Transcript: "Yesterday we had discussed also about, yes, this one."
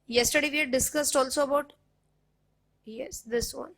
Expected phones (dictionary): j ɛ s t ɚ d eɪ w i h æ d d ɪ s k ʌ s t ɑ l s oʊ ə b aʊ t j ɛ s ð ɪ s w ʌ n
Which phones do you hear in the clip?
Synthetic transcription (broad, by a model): j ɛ s t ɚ d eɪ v i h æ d d ɪ s k ʌ s t ɑ l s oʊ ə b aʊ t j ɛ s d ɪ s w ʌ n